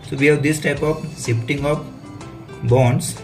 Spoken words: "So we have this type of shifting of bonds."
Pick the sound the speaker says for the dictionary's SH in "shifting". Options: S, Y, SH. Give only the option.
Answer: S